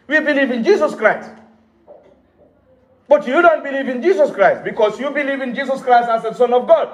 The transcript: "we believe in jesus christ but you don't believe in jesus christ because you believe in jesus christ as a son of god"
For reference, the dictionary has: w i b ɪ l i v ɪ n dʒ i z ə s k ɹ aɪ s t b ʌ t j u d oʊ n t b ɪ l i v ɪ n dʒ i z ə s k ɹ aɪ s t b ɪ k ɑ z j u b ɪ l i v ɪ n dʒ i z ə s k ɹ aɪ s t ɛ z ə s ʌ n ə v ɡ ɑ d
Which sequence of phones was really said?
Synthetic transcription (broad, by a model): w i b ɪ l i v ɪ n dʒ i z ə s k ɹ aɪ s t b ʌ t j u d oʊ n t b ɪ l i v ɪ n dʒ i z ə s k ɹ aɪ s t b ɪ k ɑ s j u b ɪ l i v ɪ n dʒ i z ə s k ɹ aɪ s t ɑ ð ə s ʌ n ə v ɡ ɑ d